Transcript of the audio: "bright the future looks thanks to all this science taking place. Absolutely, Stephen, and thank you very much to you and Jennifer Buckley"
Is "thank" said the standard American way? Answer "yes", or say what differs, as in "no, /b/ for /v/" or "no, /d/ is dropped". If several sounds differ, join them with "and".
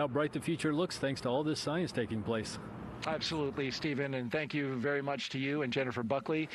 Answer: yes